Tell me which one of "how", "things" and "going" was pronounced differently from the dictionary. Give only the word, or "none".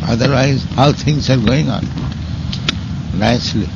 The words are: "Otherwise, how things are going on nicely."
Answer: things